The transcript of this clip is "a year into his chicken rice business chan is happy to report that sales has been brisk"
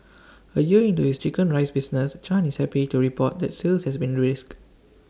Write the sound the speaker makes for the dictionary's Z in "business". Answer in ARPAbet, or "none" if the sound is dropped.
S